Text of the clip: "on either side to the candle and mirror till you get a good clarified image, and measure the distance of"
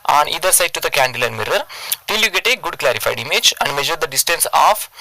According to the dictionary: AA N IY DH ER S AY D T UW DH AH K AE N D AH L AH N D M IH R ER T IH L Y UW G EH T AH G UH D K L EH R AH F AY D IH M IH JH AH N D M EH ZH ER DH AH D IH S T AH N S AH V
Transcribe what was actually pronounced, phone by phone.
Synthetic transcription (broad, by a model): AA N IY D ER S AY D T UW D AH K AE N D AH L AH N D M IH R ER T IH L Y UW G EH T AH G UH D K L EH R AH F AY D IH M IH JH AH N D M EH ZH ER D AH D IH S T AH N S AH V